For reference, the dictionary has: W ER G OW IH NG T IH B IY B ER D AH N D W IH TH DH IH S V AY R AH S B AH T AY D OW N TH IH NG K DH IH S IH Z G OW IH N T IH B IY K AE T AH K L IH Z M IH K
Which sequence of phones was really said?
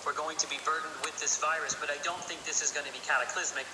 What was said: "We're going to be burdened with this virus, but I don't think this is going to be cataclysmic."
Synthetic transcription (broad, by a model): W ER G OW IH NG T IH B IY B ER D N D W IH DH IH S V AY R AH S B AH T AY D OW N TH IH NG K DH IH S IH Z G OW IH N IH B IY K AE T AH K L IH Z M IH K